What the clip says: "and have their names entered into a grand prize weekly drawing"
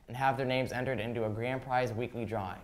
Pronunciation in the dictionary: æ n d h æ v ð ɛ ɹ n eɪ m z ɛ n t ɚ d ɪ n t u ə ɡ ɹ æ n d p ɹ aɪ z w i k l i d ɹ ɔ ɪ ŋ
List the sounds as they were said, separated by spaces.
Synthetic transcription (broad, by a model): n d h æ v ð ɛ ɹ n eɪ m z ɛ n t ɚ d ɪ n t u ə ɡ ɹ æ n p ɹ aɪ z w i k l i d ɹ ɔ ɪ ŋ